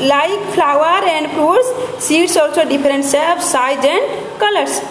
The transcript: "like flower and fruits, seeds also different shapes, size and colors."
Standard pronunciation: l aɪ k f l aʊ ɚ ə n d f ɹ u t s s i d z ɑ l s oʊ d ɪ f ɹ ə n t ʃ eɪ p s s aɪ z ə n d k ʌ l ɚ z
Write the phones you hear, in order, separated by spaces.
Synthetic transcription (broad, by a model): l aɪ k p l aʊ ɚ ə n d p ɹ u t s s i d s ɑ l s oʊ d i p ɹ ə n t s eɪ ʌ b s aɪ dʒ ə n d k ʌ l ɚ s